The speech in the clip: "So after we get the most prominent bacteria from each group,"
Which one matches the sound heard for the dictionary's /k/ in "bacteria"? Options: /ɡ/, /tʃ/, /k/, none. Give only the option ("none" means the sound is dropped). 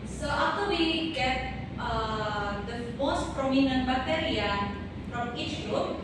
none